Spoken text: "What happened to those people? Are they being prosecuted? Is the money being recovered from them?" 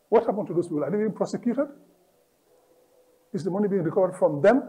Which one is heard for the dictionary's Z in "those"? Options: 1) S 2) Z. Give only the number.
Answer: 1